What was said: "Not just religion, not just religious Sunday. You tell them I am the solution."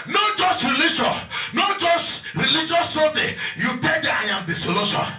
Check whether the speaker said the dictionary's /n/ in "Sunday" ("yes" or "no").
no